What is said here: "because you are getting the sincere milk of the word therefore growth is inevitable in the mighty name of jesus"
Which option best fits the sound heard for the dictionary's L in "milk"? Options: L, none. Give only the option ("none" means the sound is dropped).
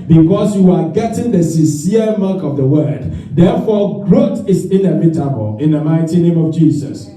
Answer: none